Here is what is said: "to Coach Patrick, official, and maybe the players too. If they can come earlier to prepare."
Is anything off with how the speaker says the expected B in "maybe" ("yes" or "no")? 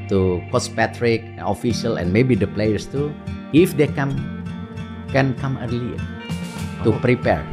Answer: no